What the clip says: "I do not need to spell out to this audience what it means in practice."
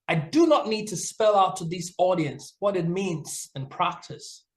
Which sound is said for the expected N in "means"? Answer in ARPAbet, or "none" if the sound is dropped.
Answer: N